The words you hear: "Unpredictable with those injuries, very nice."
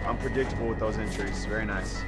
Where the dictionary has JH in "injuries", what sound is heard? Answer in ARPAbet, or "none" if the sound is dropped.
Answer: CH